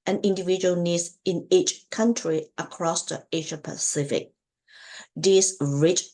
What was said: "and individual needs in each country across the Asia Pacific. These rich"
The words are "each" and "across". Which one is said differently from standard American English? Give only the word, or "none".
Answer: none